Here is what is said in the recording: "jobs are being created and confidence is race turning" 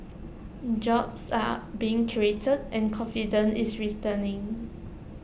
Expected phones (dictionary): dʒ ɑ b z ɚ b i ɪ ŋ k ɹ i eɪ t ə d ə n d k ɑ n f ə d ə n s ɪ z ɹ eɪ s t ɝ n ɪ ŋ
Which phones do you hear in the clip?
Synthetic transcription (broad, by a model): dʒ ɑ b s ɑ b i ɪ ŋ k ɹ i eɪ t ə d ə n k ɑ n f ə d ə n ɪ s ɹ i t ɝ n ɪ ŋ